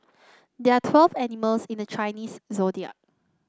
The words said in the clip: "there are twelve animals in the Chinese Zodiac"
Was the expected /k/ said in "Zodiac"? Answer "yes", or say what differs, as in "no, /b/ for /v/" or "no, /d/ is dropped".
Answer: no, /k/ is dropped